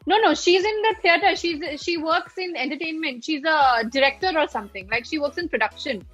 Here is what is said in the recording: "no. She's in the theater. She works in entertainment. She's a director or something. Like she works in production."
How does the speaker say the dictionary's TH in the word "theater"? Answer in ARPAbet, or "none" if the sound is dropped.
T